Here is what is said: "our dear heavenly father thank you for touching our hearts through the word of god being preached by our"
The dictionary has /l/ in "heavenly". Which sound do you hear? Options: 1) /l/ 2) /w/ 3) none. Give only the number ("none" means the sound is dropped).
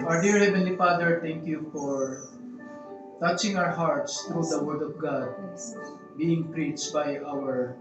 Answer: 1